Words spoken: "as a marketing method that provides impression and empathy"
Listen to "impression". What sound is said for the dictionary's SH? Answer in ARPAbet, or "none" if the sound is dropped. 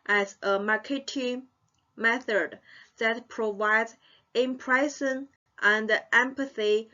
S